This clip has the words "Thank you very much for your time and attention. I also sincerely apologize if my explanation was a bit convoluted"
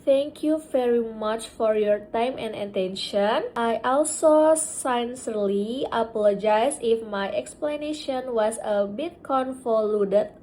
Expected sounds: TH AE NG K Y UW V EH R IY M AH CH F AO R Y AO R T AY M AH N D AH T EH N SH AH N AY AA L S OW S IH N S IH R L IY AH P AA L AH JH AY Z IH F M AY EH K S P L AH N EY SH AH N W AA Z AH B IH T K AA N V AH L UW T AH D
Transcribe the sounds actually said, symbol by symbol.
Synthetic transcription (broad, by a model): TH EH NG K Y UW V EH R IY M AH CH F AO R Y AO R T AY M AH N D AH T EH N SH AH N AY AA L S OW S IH N S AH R L IY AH P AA L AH JH AY S IH F M AY EH K S P L AH N EY SH AH N W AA S AH B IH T K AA N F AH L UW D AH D